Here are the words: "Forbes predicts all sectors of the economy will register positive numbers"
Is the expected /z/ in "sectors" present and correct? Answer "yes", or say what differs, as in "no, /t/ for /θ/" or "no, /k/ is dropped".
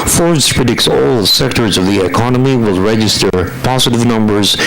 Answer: yes